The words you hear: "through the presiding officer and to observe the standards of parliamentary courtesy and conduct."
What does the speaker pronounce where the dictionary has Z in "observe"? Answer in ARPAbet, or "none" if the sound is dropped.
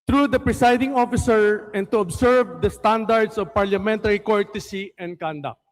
S